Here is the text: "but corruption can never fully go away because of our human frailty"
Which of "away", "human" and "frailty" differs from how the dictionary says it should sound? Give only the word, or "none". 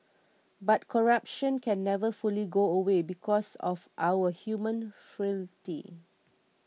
frailty